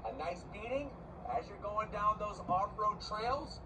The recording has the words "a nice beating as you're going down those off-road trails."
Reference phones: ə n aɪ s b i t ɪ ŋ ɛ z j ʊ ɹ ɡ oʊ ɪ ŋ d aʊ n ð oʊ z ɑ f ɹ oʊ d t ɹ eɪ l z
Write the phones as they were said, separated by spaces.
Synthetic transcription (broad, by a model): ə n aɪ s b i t ɪ ŋ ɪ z j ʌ ɹ ɡ oʊ ɪ ŋ d aʊ n ð oʊ z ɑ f ɹ oʊ d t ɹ eɪ l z